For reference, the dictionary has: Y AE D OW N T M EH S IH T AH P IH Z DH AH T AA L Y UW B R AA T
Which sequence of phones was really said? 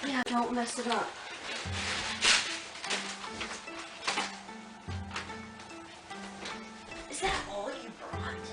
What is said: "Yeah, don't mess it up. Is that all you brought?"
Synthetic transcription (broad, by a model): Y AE D OW N T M EH S IH T AH P IH Z DH AH T AA L Y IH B R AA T